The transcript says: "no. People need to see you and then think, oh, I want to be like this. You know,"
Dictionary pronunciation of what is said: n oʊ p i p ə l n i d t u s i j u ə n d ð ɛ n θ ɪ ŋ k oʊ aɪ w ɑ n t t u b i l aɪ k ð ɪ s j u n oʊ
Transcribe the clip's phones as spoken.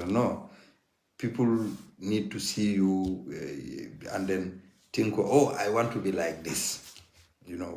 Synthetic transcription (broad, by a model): n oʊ p i p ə l n i d t u s i j u ə n d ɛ n t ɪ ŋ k oʊ aɪ w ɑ n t t u b i l aɪ k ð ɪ s j u n oʊ